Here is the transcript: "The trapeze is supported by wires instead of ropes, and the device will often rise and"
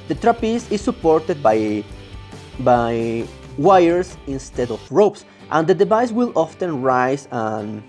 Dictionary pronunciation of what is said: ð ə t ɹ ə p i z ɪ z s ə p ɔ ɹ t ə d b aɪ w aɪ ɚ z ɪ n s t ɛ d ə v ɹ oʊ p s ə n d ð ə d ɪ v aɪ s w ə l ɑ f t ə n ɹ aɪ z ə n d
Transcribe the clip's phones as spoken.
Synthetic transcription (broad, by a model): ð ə t ɹ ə p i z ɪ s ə p ɔ ɹ t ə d b aɪ w aɪ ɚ s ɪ n s t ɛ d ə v ɹ oʊ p s ə n d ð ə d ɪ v aɪ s w ə l ɑ f t ə n ɹ aɪ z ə n